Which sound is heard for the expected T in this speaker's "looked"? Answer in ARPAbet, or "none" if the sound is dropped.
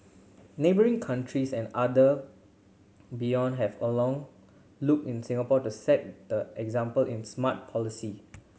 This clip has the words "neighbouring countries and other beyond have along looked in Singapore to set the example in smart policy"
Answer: none